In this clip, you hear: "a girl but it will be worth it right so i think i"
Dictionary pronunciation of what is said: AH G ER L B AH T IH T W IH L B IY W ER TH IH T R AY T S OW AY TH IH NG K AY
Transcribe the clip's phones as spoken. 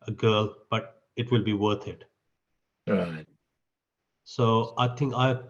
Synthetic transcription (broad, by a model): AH G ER L B AH T IH T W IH L B IY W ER T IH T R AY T S OW AY T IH NG K AY